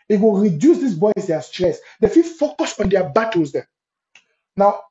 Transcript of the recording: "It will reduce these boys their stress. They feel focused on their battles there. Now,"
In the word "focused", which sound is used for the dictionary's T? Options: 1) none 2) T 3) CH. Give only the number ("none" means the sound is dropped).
1